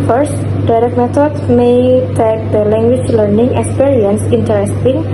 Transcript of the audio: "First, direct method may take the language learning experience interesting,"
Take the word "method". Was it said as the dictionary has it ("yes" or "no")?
no